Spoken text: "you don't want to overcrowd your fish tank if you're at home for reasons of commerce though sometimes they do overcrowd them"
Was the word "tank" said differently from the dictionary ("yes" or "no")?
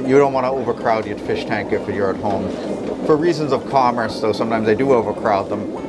no